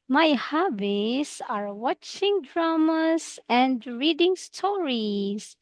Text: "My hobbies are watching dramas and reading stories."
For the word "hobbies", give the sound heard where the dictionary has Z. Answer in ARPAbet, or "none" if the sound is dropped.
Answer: S